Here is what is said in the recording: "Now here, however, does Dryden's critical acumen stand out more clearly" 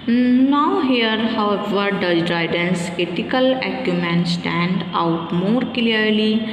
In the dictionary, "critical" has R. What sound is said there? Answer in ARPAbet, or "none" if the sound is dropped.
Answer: none